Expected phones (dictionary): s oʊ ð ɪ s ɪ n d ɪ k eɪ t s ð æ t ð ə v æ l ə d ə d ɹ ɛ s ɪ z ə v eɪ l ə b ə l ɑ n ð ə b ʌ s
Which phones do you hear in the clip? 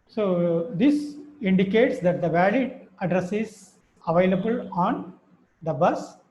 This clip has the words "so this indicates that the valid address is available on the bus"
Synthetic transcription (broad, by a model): s oʊ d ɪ s ɪ n d ɪ k eɪ t s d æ t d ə v æ l ə d ə d ɹ ɛ s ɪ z ə v eɪ l ə b ə l ɑ n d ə b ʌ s